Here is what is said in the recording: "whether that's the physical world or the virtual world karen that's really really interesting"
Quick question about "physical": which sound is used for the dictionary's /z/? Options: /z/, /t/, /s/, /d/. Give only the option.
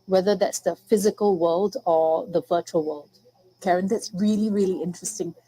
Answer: /z/